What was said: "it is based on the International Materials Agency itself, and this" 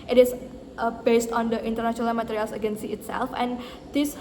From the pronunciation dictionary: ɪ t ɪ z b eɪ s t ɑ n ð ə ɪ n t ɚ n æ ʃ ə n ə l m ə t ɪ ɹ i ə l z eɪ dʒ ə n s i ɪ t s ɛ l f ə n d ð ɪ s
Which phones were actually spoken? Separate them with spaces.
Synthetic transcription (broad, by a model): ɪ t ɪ s b eɪ s t ɑ n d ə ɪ n t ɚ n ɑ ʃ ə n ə l m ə t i ɹ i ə l s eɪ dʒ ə n s i ɪ t s ɛ l f ə n d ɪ s